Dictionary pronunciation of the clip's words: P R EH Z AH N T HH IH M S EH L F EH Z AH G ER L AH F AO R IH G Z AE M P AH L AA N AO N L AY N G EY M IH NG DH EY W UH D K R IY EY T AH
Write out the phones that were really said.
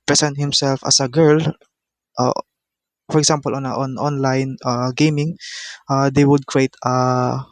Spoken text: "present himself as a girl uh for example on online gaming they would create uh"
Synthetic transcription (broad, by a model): P R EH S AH N T HH IH M S EH L F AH S AH G ER L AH F AO R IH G S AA M P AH L AA N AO N L AY N G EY M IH NG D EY W UH D K R IY EY T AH